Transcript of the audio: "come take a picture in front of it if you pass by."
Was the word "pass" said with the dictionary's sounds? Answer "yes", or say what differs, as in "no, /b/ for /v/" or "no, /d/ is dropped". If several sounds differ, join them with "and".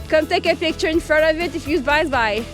no, /b/ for /p/